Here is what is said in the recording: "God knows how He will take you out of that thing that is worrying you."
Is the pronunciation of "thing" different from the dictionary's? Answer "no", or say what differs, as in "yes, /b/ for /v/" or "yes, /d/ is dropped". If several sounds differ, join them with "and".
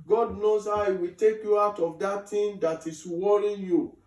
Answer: yes, /t/ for /θ/